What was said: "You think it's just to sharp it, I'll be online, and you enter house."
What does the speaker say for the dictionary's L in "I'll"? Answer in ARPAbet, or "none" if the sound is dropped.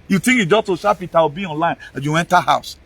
W